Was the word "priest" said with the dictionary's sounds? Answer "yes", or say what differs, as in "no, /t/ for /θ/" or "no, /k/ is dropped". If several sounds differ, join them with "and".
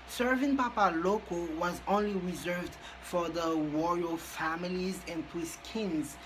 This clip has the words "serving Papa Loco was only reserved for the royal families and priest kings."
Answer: no, /ɹ/ is dropped